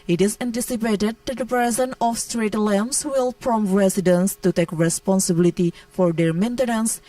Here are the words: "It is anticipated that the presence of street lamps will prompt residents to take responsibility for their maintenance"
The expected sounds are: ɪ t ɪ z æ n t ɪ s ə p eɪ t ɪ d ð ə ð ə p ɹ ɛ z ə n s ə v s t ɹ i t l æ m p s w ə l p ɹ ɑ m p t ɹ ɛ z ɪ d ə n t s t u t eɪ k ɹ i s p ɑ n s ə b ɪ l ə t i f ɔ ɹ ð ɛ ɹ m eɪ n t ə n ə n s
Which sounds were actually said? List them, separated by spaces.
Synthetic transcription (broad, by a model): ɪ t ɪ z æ n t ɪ s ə p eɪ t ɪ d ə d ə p ɹ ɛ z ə n ə f s t ɹ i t l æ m s w ə l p ɹ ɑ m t ɹ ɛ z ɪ d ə n s t u t eɪ k ɹ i s p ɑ n s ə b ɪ l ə t i f ɔ ɹ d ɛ ɹ m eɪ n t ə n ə n s